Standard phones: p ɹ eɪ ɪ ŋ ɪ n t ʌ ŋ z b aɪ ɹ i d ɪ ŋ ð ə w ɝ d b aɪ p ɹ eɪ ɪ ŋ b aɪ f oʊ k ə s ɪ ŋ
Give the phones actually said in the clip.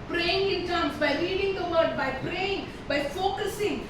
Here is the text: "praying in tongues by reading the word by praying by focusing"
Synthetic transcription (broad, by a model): p ɹ eɪ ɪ ŋ ɪ n t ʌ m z b aɪ l i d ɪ ŋ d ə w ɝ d b aɪ p ɹ eɪ ɪ ŋ b aɪ f oʊ k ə s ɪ ŋ